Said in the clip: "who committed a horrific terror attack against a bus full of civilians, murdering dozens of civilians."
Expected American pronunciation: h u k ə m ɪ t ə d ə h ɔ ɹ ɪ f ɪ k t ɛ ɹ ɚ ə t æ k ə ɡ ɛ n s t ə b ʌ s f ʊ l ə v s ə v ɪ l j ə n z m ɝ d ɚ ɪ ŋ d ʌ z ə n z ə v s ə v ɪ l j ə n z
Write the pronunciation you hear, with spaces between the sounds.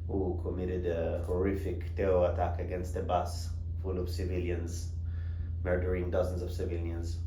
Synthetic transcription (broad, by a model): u k ə m ɪ t ə d ə h ɔ ɹ ɪ f ɪ k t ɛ ɚ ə t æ k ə ɡ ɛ n s t ə b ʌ s f ʊ l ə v s ə v ɪ l j ə n z m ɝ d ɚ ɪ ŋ d ʌ z ə n z ə v s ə v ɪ l j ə n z